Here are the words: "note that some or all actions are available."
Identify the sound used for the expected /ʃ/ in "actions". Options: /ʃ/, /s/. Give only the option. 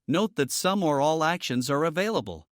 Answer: /ʃ/